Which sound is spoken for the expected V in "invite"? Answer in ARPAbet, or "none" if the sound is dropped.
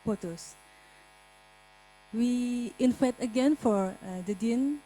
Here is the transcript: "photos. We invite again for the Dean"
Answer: F